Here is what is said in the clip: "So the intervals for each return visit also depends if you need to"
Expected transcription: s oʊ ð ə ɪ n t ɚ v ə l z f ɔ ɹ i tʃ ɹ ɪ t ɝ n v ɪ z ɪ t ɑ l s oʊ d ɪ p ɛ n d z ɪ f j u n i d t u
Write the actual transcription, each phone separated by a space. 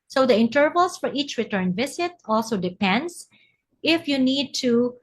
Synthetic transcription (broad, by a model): s oʊ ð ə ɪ n t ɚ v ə l s f ɔ ɹ i tʃ ɹ ɪ t ɝ n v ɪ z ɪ t ɑ l s oʊ d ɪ p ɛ n d s ɪ f j u n i d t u